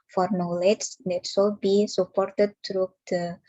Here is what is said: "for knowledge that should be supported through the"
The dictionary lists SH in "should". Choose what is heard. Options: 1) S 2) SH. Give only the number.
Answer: 1